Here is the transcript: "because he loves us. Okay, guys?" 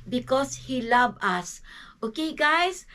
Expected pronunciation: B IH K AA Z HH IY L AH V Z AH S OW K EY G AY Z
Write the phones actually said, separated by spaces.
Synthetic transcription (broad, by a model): B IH K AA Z HH IY L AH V AH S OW K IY G AY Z